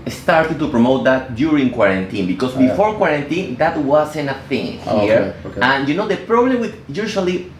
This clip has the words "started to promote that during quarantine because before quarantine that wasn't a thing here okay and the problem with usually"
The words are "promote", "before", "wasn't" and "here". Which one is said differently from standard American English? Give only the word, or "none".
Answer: wasn't